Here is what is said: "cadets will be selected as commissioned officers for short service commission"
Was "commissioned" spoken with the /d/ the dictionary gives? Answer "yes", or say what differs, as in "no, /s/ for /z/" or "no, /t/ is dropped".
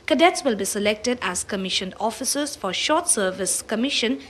no, /d/ is dropped